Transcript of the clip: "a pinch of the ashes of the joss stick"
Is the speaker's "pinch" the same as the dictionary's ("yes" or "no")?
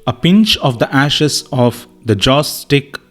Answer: yes